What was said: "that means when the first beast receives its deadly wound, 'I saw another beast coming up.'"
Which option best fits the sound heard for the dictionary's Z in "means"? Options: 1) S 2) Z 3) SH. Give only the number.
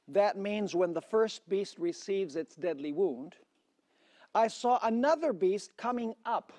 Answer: 2